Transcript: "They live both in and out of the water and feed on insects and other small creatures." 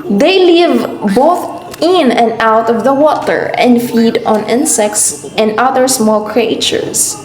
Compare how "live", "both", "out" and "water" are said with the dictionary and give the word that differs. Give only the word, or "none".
none